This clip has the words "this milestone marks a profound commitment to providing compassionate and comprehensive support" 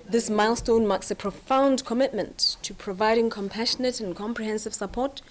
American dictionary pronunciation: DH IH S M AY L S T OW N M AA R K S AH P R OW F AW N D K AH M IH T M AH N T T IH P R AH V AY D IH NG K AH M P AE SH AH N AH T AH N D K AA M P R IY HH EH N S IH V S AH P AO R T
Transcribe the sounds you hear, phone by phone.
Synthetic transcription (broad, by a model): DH IH S M AY L S T OW N M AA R K S AH P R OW F AW N D K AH M IH T M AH N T T IH P R AH V AY D IH NG K AH M P AE SH AH N AH T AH N K AA M P R IY HH EH N S IH V S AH P AO R T